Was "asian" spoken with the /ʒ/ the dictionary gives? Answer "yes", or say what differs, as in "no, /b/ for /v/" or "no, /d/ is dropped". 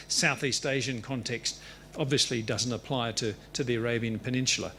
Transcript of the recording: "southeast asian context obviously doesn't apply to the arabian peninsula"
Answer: yes